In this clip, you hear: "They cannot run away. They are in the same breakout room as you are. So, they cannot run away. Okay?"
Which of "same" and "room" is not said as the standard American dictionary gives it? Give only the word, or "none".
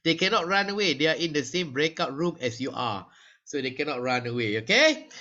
none